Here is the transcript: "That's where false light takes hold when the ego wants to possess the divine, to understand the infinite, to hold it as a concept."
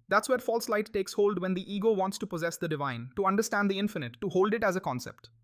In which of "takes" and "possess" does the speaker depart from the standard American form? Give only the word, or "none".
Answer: none